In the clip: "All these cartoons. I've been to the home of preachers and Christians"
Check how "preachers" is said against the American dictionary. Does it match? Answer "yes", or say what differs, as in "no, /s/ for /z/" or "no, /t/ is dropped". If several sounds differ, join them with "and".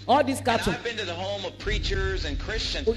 yes